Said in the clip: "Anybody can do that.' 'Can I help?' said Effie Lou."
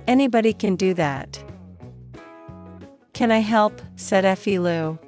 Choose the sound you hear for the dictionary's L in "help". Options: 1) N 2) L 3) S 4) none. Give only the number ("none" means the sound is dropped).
2